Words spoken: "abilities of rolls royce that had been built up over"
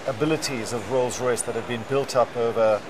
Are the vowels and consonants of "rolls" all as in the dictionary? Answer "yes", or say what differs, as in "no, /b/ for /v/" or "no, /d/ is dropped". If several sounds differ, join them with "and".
yes